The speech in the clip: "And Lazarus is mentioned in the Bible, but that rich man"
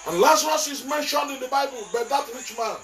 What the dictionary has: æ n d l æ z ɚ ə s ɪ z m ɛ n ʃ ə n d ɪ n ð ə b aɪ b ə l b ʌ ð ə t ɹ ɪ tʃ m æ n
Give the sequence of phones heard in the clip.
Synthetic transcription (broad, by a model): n l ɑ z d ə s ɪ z m ɛ n ʃ ə n d ɪ n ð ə b aɪ b ə l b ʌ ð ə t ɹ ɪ tʃ m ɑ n